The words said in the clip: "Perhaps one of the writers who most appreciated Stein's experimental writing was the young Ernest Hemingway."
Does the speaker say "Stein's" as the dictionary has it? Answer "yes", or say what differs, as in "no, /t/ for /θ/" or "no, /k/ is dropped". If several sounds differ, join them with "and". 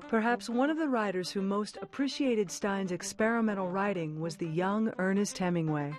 yes